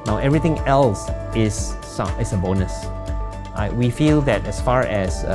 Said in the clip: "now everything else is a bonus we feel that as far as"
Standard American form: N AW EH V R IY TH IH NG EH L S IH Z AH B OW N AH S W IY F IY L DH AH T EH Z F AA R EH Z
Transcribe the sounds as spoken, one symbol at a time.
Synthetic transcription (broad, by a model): N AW EH V R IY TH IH NG EH L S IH S AH B OW N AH S W IY F IY L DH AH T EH S F AA R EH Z